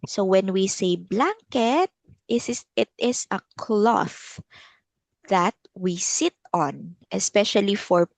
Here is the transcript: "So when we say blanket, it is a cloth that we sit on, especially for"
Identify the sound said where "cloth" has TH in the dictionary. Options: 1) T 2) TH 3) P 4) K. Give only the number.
2